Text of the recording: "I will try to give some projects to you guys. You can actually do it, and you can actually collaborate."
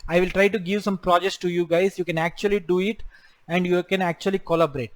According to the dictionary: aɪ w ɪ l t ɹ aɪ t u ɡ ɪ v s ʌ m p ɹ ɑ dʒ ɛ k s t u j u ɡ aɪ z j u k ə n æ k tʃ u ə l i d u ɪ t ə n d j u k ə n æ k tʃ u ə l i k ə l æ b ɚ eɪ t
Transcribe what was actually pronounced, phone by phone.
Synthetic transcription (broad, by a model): aɪ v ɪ l t ɹ aɪ t u ɡ ɪ v s ʌ m p ɹ ɑ dʒ ɛ k s t u j u ɡ aɪ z j u k ə n æ k tʃ u ə l i d u ɪ t ə n d j u k ə n æ k tʃ u ə l i k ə l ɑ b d eɪ t